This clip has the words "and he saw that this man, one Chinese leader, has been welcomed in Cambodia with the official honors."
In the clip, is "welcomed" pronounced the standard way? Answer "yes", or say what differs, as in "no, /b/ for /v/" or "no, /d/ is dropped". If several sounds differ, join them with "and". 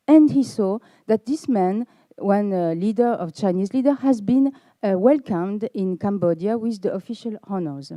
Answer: yes